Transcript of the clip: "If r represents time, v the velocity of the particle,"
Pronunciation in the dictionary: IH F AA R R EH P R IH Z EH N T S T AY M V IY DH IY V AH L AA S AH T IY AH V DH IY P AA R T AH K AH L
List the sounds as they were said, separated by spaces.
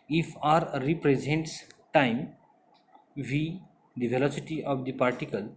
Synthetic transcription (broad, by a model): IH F AA R R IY P R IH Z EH N T S T AY M V IY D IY V AH L AA S AH T IY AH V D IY P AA R T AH K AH L